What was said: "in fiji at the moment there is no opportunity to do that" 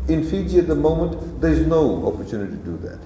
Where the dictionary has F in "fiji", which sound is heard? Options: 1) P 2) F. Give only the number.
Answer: 2